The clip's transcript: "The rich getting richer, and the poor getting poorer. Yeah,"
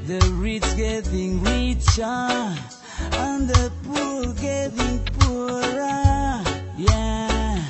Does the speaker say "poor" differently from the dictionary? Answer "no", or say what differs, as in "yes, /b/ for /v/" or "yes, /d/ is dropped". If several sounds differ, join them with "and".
yes, /l/ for /ɹ/